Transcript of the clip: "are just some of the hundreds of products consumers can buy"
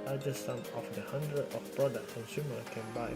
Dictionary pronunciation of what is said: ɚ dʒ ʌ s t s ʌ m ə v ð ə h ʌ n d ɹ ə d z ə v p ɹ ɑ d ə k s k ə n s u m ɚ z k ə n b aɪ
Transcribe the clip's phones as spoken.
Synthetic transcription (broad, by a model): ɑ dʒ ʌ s s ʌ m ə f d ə h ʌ n d ɹ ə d ə f p ɹ ɑ d ə k s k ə n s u m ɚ k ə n b aɪ